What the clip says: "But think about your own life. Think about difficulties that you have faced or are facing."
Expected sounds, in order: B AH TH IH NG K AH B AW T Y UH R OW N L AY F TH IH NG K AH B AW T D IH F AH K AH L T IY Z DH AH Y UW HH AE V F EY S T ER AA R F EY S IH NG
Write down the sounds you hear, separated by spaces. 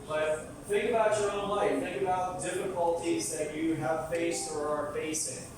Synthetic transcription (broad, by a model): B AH TH IH NG K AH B AW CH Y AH R OW N L AY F TH IH NG K AH B AW T D IH F AH K AH L T IY Z DH AH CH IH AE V F EY S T ER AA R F EY S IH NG